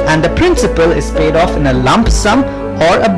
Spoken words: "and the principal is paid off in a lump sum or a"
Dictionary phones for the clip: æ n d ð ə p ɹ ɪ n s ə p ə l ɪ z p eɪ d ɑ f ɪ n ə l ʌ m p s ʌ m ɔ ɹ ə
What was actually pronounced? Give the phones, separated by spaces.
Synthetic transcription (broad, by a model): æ n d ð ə p ɹ ɪ n s ə p ə l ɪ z p eɪ d ɑ f ɪ n ə l ʌ m p s ʌ m ɔ ɹ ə